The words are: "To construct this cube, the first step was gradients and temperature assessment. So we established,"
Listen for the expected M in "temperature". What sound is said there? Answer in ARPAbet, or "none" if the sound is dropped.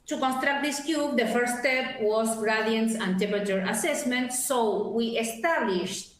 none